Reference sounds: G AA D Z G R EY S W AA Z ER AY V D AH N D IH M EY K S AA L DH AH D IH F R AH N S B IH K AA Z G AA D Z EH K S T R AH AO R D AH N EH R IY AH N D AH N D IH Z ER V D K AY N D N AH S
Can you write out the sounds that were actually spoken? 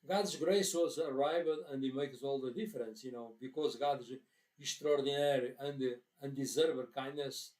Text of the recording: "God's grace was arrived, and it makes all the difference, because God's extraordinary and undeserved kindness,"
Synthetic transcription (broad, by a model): G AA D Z G R EY S W AA Z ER AY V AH AH N D IH M EY K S AA L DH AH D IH F R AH N S B IH K AA Z G AA D Z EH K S T R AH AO R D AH N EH R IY AH N D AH N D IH Z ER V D K AY N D N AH S